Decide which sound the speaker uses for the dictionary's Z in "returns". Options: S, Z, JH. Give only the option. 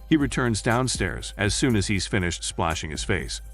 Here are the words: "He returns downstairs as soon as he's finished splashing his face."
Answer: Z